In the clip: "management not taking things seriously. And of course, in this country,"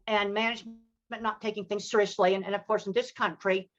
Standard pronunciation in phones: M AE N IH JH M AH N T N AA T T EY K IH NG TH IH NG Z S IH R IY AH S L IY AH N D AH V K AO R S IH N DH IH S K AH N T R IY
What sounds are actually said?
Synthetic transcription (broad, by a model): M AE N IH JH M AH N N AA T T EY K IH NG TH IH NG Z S IH R IY AH S L IY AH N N AH V K AO R S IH N DH IH S K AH N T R IY